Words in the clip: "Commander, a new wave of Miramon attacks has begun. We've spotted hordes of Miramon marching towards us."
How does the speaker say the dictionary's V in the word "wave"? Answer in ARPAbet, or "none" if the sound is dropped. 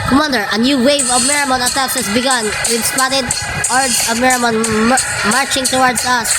V